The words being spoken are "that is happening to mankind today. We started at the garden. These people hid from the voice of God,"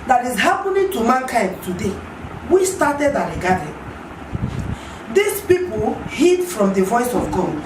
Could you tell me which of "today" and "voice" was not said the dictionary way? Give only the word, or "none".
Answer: none